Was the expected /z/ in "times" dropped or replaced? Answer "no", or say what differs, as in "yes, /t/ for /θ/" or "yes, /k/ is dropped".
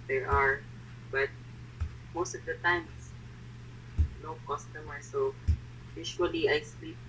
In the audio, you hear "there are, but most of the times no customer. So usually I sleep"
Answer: yes, /s/ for /z/